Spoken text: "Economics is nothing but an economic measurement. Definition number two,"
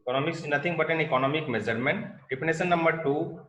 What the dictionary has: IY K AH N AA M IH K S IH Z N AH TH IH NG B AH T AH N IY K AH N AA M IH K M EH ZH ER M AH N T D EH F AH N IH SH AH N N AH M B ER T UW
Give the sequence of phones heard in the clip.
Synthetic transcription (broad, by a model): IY K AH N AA M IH K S N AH T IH NG B AH T AH N IY K AH N AA M IH K M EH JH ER M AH N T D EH P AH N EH S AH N N AH M B ER T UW